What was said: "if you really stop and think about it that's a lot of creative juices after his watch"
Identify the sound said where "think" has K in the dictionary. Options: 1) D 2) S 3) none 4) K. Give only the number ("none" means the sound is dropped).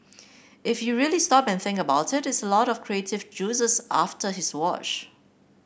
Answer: 4